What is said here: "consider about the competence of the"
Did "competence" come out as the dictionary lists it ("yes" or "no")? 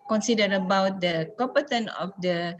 no